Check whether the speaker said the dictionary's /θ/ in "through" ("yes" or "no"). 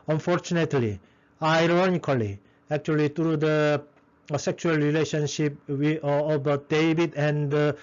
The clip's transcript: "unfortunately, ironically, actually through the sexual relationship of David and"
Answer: no